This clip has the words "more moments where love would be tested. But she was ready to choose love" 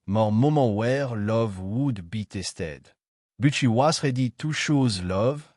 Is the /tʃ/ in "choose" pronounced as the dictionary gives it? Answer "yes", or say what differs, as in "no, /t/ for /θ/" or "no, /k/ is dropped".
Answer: no, /ʃ/ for /tʃ/